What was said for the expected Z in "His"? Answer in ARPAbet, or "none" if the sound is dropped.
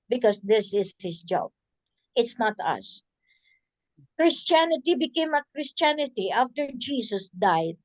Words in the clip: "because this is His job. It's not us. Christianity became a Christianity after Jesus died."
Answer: S